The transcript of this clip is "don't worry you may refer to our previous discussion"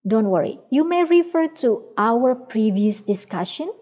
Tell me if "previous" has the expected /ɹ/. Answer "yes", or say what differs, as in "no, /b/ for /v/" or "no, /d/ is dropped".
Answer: yes